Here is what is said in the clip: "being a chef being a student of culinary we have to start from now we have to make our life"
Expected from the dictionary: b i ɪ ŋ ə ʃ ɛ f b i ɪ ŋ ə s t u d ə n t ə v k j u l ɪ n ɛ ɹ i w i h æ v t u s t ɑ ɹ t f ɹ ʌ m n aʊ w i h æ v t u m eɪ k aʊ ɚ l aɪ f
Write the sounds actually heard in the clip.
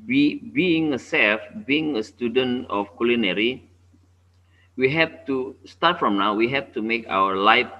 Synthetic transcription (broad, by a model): b i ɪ ŋ ə s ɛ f b i ɪ ŋ ə s t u d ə n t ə f k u l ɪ n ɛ ɹ i w i h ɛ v t u s t ɑ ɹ t f ɹ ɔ m n aʊ w i h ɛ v t u m eɪ k aʊ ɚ l aɪ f